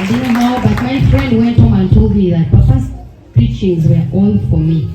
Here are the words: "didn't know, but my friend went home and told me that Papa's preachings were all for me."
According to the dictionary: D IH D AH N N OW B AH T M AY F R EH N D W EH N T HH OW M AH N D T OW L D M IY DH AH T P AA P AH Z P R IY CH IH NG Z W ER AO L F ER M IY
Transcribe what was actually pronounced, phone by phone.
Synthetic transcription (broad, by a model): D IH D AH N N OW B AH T M AY F R EH N D W EH N T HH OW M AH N T OW L D M IY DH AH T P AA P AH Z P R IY CH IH NG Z W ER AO N F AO M IY